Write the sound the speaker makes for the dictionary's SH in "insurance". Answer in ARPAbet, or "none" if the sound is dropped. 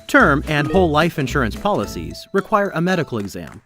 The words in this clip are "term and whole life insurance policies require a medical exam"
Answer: SH